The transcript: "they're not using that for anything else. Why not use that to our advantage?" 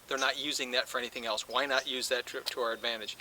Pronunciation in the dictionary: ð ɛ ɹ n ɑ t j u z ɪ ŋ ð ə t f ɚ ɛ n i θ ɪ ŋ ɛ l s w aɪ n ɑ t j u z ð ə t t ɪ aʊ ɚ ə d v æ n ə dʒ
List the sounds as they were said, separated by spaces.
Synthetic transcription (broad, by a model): ð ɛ ɹ n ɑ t j u z ɪ ŋ ð ə t f ɚ ɛ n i θ ɪ ŋ ɛ l s w aɪ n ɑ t j u z ð ə t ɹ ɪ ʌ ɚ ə d v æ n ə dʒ